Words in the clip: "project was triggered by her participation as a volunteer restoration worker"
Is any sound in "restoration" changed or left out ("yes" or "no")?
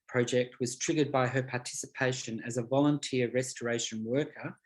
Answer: no